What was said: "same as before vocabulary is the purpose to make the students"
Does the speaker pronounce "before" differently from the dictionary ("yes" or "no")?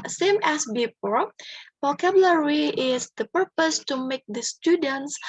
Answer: yes